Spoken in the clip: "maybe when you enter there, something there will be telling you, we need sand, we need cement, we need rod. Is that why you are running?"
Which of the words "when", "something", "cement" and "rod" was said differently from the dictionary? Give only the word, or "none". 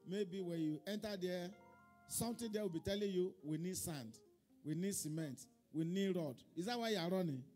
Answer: something